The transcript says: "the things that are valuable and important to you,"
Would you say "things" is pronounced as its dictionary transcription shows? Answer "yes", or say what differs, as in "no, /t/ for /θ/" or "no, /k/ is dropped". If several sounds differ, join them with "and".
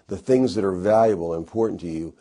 yes